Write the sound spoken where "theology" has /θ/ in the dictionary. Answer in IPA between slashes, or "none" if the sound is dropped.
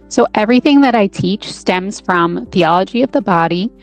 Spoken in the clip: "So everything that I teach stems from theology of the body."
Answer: /θ/